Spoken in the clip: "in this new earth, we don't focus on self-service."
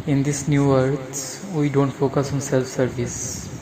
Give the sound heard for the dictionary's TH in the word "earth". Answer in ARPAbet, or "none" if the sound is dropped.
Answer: S